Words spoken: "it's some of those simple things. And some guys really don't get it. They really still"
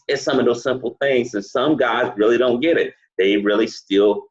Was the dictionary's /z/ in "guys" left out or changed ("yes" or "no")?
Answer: no